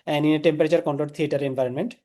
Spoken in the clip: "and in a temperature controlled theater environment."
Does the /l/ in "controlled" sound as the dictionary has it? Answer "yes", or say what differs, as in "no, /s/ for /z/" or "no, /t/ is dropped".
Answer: no, /l/ is dropped